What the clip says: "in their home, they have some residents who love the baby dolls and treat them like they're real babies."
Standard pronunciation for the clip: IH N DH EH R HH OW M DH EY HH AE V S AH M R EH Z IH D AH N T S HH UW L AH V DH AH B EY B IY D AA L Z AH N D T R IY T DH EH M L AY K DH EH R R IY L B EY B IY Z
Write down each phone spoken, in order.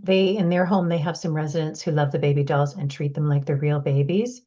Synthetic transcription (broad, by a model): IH N DH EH R HH OW M DH EY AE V S AH M R EH Z IH D AH N T S HH UW L AH V DH AH B EY B IY D AA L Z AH N T R IY T DH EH M L AY K DH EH R R IY L B EY B IY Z